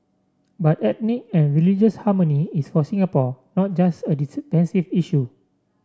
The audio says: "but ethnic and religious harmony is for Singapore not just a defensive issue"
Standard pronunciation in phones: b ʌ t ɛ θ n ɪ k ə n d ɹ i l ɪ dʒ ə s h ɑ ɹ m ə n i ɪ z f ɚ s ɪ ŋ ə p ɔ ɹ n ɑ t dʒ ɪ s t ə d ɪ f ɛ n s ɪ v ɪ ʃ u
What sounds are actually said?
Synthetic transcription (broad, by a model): b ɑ t ɛ t n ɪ k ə n ɹ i l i dʒ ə s h ɑ m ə n i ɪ s f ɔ s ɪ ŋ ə p ɔ n ɑ t dʒ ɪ s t ə d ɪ p ɛ n s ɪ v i ʃ u